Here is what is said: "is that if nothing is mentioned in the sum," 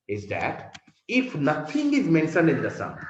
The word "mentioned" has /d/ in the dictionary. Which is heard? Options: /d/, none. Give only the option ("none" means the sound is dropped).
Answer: none